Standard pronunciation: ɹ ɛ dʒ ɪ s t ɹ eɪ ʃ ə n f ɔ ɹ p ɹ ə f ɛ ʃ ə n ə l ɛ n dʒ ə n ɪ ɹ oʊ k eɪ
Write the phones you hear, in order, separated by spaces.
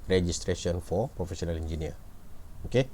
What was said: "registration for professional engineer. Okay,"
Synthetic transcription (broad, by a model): ɹ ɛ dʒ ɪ s t ɹ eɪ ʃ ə n f ɔ ɹ p ɹ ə f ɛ s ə n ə l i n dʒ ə n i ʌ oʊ k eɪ